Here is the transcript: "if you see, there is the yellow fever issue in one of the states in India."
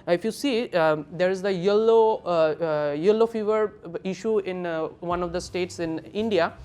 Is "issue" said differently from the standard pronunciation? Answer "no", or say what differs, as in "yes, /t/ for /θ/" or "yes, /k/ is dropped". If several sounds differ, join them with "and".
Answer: no